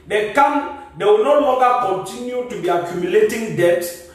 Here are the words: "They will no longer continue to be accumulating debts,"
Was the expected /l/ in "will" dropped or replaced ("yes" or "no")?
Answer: yes